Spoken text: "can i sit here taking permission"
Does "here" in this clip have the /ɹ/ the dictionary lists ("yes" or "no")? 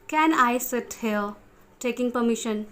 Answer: no